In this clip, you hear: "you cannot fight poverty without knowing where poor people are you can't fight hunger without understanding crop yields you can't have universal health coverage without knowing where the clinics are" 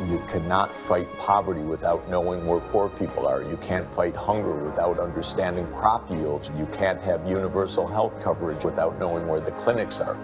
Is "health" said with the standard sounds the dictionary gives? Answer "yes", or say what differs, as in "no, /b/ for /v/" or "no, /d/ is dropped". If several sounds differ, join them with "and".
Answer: yes